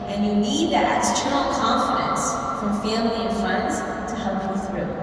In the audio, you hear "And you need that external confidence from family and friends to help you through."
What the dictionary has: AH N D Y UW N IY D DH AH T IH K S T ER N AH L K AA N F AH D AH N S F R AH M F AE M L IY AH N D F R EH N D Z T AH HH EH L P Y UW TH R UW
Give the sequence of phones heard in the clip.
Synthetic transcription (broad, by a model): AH N Y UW N IY D DH AH T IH S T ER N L K AA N F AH D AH N S F R AH M F AE M L IY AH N F AH N D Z T AH HH EH L P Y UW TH R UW